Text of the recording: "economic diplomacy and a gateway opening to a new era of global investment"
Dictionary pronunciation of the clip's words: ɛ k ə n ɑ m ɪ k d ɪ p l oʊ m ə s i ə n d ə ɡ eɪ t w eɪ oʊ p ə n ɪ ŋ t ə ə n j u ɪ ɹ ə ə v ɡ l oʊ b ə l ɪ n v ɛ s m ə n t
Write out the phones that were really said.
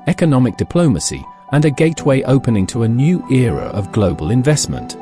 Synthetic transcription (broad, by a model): ɛ k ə n ɑ m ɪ k d ɪ p l oʊ m ə s i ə n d ə ɡ eɪ t w eɪ oʊ p ə n ɪ ŋ t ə ə n j u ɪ ɹ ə ə v ɡ l oʊ b ə l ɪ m v ɛ s m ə n t